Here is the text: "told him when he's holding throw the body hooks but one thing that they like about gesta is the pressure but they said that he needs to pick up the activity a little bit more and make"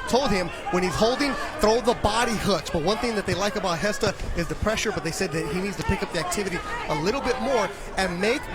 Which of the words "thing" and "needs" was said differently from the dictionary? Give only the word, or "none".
none